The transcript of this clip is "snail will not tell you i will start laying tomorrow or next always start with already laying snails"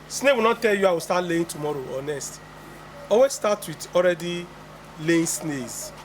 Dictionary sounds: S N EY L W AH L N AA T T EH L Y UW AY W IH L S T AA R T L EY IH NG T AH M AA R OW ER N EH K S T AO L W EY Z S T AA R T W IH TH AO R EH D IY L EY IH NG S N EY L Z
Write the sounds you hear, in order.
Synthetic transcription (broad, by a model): S N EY W AH L N AA T T EH L Y UW AY W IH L S T AA T L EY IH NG T AH M AA R OW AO N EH S T AO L W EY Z S T AA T W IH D AO R EH D IY L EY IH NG S N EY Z